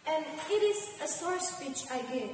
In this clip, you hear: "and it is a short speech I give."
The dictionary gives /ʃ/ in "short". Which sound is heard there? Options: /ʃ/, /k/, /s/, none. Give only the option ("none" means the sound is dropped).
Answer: /s/